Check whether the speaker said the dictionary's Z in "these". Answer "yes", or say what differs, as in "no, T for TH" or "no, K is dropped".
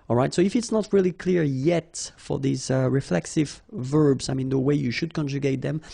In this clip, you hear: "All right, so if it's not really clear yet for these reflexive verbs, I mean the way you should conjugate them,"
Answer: yes